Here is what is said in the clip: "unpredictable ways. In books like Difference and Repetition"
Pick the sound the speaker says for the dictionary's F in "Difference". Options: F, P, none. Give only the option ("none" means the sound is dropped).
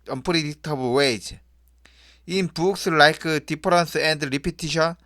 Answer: P